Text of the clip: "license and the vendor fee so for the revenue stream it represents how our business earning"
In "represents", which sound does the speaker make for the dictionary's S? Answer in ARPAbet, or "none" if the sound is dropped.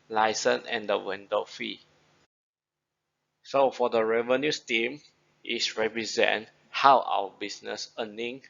none